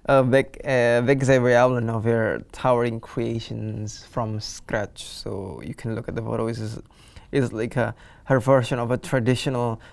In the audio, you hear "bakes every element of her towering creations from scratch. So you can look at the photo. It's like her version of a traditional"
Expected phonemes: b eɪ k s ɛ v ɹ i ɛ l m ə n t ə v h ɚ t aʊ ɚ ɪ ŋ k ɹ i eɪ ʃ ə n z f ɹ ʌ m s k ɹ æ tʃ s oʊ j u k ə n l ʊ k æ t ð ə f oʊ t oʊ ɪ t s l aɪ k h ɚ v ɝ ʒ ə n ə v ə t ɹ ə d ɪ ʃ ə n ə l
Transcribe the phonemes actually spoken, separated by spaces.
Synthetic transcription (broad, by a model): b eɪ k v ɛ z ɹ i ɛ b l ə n ə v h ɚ t aʊ ɚ ɪ ŋ k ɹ i eɪ ʃ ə n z f ɹ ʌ m s k ɹ æ tʃ s oʊ j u k ə n l ʊ k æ t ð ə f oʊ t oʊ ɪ s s l aɪ k h ɚ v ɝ ʃ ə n ə v ə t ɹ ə d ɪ ʃ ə n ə l